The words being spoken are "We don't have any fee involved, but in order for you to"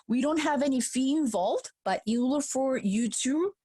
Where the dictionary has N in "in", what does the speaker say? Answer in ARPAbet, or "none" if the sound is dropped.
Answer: L